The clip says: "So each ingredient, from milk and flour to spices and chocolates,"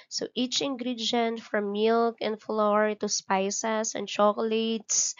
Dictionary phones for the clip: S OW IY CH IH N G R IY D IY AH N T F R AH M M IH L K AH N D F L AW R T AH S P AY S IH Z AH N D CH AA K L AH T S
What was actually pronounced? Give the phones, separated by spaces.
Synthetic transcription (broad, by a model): S OW IY CH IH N G R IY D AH N T F R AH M M IH L K AH N D F L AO R T AH S P AY S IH S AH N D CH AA K L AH T S